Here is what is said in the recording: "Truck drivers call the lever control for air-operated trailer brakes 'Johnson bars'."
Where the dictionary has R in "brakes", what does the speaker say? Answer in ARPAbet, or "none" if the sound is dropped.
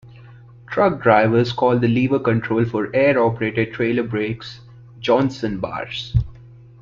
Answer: R